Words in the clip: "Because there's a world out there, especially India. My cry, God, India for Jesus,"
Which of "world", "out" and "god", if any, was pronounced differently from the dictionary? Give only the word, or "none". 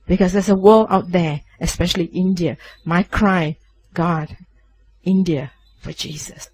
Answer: world